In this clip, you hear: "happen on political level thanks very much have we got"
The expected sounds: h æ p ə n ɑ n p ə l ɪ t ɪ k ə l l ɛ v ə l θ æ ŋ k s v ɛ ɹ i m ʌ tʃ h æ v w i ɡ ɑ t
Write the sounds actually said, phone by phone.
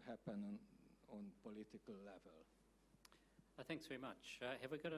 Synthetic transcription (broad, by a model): h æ p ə n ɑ n p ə l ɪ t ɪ k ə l l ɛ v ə l θ æ ŋ k s v ɛ ɹ i m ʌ tʃ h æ v w i ɡ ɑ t